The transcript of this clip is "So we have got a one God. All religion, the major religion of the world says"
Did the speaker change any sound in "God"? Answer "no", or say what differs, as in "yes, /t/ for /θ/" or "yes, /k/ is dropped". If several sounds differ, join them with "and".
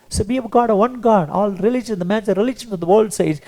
no